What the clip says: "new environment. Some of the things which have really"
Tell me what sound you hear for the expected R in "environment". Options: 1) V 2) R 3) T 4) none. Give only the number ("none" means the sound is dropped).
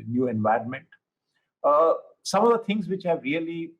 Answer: 2